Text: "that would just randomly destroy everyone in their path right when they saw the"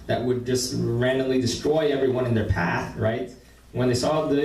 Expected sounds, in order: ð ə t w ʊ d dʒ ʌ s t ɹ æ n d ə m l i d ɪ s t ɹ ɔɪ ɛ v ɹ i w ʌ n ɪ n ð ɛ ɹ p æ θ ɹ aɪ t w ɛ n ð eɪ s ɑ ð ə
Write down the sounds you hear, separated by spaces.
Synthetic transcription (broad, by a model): ð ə t w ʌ d dʒ ʌ s t ɹ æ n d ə l i d ɪ s t ɹ ɔɪ ɛ v ɹ i w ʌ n ɪ n ð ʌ ɹ p æ θ ɹ aɪ t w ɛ n ð eɪ s ɑ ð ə